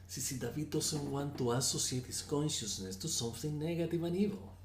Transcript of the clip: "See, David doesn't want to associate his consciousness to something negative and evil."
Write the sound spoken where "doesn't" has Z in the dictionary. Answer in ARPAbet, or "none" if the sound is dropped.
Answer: S